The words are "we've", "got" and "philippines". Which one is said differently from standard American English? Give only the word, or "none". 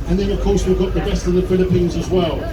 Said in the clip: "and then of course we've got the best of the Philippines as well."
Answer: none